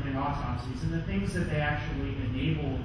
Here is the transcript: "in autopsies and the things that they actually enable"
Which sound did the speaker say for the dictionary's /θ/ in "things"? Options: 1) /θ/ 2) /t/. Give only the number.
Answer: 1